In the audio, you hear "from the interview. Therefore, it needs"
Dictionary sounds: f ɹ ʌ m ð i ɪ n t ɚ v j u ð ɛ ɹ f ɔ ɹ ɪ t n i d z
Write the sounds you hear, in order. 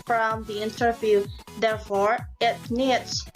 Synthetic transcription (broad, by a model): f ɹ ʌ m ð i ɪ n t ɚ v j u ð ɛ ɹ f ɔ ɹ ɪ t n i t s